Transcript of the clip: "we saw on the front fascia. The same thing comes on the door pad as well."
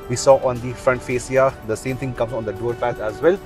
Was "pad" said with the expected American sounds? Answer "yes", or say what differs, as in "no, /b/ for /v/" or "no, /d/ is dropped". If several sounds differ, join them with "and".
no, /d/ is dropped